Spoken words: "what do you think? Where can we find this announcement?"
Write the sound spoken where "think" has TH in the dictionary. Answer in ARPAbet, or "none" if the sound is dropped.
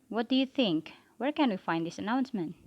TH